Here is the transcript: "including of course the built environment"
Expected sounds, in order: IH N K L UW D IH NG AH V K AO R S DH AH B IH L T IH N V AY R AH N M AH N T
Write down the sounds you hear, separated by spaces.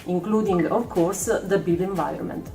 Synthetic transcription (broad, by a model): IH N K L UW D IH NG AH V K AO R S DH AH B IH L IH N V AY R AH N M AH N T